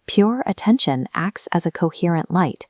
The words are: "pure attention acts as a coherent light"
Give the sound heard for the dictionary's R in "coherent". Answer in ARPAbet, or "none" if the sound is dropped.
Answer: R